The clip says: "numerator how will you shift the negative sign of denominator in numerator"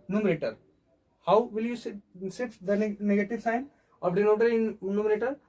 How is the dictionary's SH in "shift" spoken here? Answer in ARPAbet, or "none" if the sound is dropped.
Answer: S